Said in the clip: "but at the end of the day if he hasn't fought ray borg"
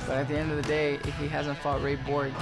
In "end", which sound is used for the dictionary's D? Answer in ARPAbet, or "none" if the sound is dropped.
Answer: D